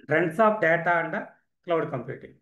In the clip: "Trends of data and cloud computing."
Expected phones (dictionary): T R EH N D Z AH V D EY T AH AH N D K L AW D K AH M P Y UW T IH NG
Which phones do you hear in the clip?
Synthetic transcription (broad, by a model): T R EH N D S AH P D EY T AH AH N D K L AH D K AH M P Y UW T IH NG